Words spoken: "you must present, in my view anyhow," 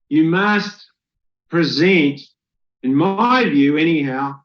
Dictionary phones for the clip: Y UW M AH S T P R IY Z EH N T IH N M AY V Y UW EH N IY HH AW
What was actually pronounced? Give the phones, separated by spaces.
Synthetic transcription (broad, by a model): Y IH M AH S T P R IY Z EH N T IH N M AY V Y UW EH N IY HH AW